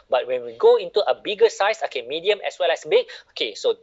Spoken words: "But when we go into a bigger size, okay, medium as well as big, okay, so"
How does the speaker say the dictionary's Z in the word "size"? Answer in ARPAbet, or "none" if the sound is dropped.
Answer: S